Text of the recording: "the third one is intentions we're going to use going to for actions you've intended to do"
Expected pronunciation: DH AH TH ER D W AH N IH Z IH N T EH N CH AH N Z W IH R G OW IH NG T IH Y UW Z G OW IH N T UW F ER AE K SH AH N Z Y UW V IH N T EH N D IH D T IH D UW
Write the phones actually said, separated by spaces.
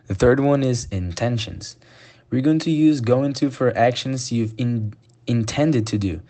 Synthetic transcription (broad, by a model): DH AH TH ER D W AH N IH Z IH N T EH N SH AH N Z W IH R G OW IH NG T IH Y UW Z G OW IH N T UW F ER AE K SH AH N Z Y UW V IH N T EH N D IH D T IH D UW